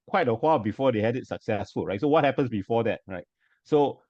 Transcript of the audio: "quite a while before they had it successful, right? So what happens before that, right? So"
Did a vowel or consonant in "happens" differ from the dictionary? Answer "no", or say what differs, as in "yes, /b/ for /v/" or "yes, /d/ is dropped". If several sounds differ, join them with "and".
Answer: yes, /s/ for /z/